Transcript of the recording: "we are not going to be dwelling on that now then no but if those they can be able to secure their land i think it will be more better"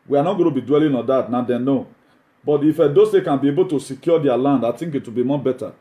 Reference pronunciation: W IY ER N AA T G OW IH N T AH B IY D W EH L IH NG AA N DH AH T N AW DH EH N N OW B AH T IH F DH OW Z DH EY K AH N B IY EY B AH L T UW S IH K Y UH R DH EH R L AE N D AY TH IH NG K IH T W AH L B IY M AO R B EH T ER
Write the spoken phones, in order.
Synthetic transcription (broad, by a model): W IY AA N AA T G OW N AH B IY D W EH L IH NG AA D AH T N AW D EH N N OW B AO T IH F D OW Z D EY K AH N B IY EY B AH L T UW S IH K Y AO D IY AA L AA N D AY T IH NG K IH T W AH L B IY M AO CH B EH T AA